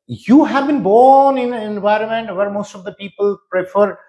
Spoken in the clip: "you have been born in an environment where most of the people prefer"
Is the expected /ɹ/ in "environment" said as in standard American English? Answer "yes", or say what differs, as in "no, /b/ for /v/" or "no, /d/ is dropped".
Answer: yes